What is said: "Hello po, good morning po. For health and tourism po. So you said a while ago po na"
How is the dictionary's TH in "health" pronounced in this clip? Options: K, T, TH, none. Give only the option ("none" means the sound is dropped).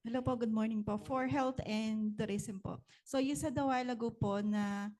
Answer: T